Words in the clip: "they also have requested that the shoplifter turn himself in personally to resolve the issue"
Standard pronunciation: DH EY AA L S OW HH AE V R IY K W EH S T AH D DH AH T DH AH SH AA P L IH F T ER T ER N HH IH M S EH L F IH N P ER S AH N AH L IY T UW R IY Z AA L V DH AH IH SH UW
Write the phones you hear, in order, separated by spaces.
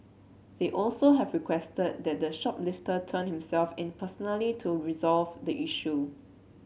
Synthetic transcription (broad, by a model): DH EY AA L S OW HH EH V R IY K W EH S T AH D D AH T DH AH SH AA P L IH F T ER T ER N HH IH M S EH L F IH N P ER S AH N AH L IY T UW R IY Z AA L V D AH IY SH UW